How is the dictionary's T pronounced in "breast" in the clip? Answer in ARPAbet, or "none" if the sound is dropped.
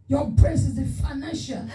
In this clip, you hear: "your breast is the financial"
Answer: none